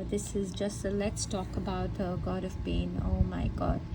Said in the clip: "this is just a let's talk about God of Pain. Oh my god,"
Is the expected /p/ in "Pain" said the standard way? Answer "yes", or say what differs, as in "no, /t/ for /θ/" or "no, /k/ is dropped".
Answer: no, /b/ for /p/